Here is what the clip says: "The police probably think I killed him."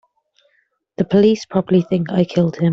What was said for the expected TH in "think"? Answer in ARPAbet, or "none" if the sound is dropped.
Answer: TH